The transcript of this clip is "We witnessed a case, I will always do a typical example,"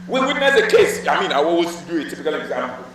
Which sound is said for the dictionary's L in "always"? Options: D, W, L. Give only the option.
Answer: W